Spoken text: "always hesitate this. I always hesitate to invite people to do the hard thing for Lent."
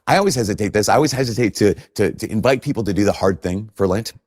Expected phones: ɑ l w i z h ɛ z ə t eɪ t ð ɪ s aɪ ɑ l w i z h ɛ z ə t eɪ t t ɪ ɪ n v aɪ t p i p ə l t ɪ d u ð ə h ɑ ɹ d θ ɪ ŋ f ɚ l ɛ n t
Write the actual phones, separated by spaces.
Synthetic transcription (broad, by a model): ɑ l w i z h ɛ z ə t eɪ t ð ɪ s aɪ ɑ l w i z h ɛ z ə t eɪ t t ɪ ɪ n v aɪ t p i p l t ɪ d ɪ ð ə h ɑ ɹ d θ ɪ ŋ f ɚ l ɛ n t